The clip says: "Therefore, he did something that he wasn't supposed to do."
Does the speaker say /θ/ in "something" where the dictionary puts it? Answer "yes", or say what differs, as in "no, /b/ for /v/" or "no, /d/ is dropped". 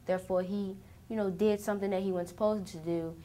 yes